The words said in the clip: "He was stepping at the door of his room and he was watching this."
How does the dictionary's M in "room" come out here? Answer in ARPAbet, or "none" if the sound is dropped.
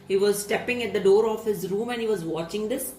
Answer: M